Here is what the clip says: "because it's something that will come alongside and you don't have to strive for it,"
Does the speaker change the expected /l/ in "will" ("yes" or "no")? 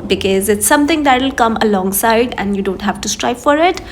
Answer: no